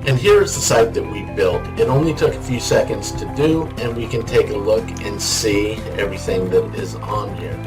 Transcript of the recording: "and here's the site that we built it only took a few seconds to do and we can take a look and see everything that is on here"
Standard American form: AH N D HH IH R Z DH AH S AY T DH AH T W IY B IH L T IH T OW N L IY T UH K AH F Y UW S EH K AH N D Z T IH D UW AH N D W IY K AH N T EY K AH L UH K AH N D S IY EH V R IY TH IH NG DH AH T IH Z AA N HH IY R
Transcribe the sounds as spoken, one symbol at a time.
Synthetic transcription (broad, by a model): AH N HH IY R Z DH AH S AY T DH AH T W IY B IH L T IH T OW N L IY T UH K AH F Y UW S EH K AH N D Z T IH D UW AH N W IY K AH N T EY K AH L UH K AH N S IY EH V R IY TH IH NG DH AH T IH Z N HH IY R